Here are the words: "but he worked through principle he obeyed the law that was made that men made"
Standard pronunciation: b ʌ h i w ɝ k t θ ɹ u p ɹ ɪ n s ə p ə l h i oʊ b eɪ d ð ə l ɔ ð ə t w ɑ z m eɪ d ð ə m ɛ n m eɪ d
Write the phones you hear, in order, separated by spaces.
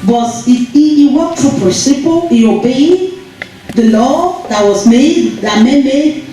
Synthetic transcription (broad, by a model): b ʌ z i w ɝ t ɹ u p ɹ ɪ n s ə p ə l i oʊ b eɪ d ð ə l ɔ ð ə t w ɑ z m eɪ d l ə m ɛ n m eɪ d